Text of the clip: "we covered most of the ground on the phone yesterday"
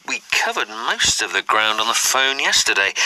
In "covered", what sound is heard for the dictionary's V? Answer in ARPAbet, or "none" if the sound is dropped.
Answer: V